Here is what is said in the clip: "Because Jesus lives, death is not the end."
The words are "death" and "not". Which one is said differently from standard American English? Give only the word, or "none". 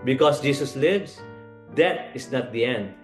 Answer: death